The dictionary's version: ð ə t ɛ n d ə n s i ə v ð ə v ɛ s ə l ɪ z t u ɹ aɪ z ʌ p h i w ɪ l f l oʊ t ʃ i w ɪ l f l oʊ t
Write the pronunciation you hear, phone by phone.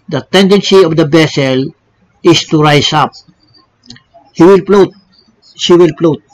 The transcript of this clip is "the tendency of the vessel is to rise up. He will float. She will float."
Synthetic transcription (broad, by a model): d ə t ɛ n d ə n s i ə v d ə b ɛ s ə l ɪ s t u ɹ aɪ s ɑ p h i w ɪ l p l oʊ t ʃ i w ɪ l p l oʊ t